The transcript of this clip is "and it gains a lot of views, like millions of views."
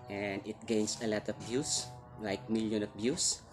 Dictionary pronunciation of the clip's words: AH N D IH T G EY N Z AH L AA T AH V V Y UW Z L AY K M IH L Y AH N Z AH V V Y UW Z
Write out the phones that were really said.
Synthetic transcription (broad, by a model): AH N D IH T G EY N S AH L AA T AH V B Y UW S L AY K M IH L Y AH N AH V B Y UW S